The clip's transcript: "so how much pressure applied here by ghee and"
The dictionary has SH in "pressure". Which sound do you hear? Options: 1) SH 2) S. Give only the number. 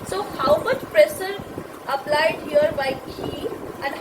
2